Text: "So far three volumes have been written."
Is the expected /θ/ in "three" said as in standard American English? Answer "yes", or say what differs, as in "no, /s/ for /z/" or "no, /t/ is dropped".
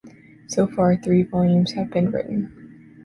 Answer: yes